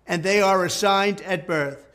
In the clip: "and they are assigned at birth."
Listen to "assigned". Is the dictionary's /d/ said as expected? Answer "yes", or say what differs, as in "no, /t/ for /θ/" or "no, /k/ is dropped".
yes